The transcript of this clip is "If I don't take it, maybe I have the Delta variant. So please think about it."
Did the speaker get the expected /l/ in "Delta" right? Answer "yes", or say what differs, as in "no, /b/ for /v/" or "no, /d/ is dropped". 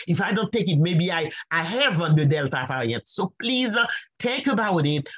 yes